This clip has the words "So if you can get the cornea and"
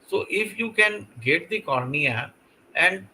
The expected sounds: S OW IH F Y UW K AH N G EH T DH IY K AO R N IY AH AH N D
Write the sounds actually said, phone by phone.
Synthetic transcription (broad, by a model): S OW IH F Y UW K AH N G EH T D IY K AO R N IY AH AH N D